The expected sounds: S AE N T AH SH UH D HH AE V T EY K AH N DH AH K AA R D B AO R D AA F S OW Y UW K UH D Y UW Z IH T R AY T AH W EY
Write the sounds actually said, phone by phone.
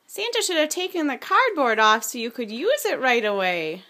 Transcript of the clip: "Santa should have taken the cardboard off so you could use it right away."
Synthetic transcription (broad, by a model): S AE N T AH SH UH D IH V T EY K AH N DH AH K AA R D B AO R D AA F S OW Y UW K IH D Y UW Z IH T R AY T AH W EY